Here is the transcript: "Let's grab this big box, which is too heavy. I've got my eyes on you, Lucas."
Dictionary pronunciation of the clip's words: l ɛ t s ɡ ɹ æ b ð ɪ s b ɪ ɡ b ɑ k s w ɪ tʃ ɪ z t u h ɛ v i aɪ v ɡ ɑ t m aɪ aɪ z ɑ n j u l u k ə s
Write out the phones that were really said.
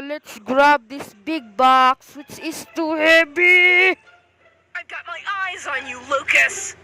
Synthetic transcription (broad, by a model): l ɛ t s ɡ ɹ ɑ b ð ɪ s b ɪ ɡ b ɑ k s w ɪ tʃ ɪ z t u h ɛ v i aɪ v ɡ ɑ t m aɪ aɪ z n j u l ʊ k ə s